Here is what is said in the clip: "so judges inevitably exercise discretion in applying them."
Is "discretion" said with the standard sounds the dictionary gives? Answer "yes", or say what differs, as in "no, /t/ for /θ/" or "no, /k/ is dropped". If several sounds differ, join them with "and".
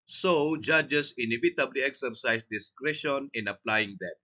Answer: yes